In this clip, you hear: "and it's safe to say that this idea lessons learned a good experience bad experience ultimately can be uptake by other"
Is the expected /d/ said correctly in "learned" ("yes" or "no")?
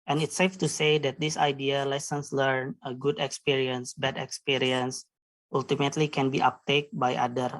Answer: no